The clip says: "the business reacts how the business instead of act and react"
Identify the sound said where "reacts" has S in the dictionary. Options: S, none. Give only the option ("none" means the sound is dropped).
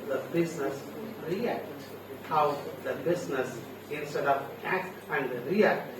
none